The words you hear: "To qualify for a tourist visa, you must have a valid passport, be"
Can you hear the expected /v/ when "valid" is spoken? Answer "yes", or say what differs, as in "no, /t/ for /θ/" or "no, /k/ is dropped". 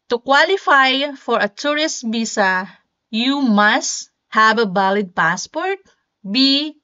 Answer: no, /b/ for /v/